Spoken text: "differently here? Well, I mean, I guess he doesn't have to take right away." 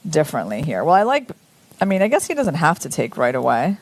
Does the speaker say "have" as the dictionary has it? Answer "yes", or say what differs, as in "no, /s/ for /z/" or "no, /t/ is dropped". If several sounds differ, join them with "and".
no, /f/ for /v/